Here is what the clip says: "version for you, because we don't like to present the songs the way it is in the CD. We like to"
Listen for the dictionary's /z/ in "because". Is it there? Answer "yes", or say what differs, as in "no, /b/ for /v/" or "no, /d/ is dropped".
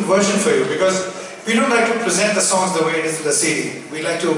yes